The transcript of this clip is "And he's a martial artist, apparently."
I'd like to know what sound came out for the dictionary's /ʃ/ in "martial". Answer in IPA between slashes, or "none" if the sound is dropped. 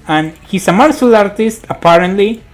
/s/